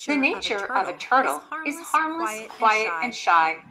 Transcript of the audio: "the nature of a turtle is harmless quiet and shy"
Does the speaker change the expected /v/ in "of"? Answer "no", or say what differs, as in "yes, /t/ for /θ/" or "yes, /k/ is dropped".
no